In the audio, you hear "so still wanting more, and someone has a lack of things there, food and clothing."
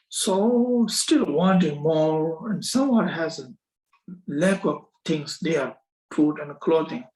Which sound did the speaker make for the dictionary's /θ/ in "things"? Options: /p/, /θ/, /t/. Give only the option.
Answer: /t/